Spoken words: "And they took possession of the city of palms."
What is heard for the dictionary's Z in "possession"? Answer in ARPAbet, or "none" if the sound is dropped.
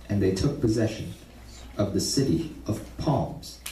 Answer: Z